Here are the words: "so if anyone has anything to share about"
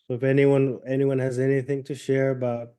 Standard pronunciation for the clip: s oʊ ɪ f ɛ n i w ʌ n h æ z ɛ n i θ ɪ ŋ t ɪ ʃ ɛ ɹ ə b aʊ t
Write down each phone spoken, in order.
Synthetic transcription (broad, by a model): s oʊ ɪ f ɛ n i w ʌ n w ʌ z ɛ n i θ ɪ ŋ t ɪ ʃ ɛ ɹ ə b aʊ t